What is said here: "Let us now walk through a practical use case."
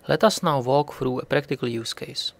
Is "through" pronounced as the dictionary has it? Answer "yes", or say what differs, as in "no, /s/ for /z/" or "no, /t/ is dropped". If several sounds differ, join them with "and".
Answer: no, /f/ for /θ/